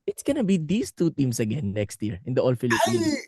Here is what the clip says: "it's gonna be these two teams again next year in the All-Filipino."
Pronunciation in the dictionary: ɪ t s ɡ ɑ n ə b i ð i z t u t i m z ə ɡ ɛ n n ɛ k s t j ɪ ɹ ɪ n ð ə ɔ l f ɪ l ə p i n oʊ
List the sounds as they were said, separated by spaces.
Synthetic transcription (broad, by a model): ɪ t s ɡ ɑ n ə b i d i s t u t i m s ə ɡ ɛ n n ɛ k s t j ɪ ɹ ɪ n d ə ɔ l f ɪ l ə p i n